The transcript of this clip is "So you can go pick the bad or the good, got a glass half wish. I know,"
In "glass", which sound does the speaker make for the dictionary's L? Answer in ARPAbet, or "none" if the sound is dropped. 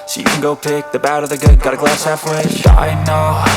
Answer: L